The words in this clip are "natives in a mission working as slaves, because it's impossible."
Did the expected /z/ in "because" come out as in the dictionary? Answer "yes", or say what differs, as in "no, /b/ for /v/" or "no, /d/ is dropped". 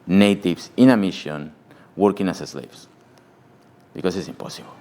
no, /s/ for /z/